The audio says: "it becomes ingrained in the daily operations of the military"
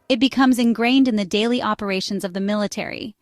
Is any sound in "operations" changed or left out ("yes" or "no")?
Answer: no